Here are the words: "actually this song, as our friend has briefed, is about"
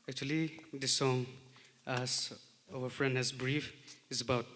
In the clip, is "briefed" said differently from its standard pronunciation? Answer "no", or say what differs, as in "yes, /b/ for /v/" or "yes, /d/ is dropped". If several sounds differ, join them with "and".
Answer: yes, /t/ is dropped